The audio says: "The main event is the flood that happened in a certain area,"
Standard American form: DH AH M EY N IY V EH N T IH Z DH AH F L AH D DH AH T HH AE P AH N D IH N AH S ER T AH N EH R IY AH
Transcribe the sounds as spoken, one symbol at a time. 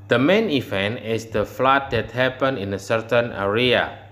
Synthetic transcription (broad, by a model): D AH M EY N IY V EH N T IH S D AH F L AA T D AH T HH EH P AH N IH N AH S ER T AH N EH R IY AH